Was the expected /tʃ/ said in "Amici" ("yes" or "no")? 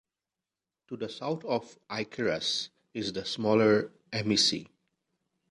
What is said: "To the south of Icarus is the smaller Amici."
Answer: no